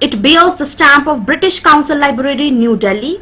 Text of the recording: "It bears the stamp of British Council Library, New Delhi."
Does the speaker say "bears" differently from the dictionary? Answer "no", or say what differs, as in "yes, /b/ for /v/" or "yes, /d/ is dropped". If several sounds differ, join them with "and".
yes, /l/ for /ɹ/